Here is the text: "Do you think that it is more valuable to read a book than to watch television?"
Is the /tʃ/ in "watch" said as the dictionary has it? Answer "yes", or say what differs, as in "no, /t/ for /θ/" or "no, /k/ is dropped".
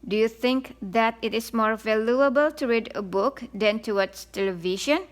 no, /s/ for /tʃ/